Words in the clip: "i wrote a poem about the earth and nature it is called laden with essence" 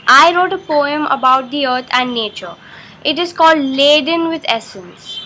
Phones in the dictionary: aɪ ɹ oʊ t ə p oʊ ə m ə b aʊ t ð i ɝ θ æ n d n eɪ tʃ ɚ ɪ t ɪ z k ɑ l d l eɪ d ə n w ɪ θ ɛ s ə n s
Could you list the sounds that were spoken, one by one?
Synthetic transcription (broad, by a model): aɪ ɹ oʊ t ə p oʊ ə m ə b aʊ t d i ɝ t æ n d n eɪ tʃ ɚ ɪ t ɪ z k ɑ l d l eɪ d ə n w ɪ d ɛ s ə n s